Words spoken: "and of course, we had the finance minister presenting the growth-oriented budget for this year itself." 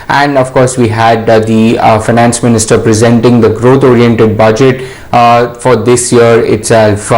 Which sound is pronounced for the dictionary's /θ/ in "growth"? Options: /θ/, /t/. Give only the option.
/t/